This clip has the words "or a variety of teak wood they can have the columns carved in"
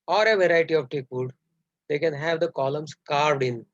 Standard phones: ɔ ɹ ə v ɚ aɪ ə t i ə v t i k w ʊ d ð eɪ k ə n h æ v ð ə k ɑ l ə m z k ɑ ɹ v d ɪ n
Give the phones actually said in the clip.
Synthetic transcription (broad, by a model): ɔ ɹ ə v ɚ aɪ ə t i ə v t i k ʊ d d eɪ k ə n h æ v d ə k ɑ l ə m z k ɑ ɹ v d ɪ n